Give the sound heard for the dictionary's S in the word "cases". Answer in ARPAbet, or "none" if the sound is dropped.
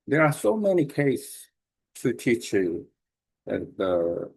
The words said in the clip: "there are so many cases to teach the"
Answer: none